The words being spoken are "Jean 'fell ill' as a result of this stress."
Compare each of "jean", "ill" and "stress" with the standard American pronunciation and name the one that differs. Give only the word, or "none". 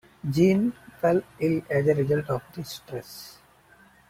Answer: none